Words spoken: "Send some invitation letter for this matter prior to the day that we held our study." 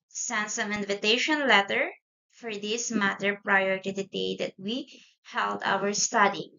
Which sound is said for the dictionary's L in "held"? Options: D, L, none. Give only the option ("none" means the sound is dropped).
L